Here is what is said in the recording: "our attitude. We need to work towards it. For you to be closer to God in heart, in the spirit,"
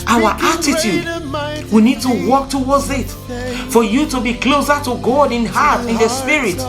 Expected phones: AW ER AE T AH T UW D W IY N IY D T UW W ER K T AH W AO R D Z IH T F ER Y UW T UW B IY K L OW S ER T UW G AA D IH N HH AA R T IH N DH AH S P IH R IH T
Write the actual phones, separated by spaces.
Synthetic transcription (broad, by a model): AW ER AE T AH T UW D W IY N IY D T UW W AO K T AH W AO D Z IH T F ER Y UW T UW B IY K L OW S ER T UW G AA D IH N HH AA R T IH N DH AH S P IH R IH T